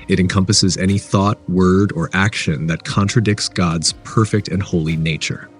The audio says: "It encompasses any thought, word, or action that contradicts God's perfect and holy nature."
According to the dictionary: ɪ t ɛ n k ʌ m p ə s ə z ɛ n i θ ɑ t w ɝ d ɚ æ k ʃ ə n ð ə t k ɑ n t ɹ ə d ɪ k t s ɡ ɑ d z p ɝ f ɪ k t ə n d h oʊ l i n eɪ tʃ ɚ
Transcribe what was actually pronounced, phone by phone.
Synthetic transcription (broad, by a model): ɪ t ɛ n k ʌ m p ə s ə z ɛ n i θ ɑ t w ɝ d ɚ æ k ʃ ə n ð ə t k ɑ n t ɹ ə d ɪ k t s ɡ ɑ d z p ɝ f ɪ k t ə n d h oʊ l i n eɪ tʃ ɚ